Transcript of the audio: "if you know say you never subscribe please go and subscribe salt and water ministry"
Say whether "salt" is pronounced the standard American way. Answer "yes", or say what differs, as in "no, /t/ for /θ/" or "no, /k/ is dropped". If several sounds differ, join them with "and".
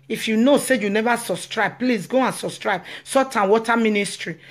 no, /l/ is dropped